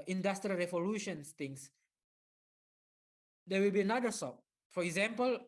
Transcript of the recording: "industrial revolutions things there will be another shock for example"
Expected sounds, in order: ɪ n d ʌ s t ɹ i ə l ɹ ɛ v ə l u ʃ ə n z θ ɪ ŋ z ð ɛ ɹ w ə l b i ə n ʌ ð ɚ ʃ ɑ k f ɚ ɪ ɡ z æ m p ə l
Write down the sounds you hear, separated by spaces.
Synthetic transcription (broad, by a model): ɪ n d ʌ s t ɹ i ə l ɹ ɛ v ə l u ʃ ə n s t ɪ ŋ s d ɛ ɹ w ə l b i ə n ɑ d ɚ s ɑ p f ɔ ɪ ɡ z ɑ m p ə l